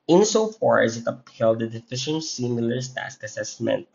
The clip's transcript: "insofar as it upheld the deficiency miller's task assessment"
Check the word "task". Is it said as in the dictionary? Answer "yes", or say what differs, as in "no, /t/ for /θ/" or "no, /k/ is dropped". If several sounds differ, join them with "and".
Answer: yes